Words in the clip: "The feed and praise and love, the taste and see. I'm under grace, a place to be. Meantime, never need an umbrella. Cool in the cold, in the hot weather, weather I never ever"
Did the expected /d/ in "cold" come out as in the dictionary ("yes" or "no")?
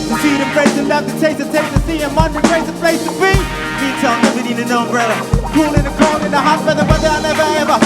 no